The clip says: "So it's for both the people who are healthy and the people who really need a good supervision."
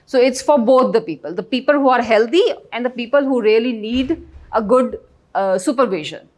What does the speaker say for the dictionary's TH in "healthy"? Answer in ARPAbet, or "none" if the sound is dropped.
T